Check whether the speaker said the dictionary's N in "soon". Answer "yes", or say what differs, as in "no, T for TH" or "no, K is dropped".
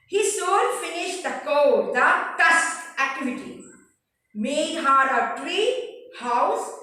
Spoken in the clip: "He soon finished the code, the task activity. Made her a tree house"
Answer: no, L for N